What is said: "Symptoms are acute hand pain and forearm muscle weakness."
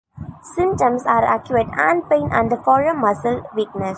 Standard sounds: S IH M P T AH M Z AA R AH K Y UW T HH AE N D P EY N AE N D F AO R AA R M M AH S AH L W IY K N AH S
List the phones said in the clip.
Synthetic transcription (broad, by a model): S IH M T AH M S AA R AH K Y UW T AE N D P EY N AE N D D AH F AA R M M AH S AH L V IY K N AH S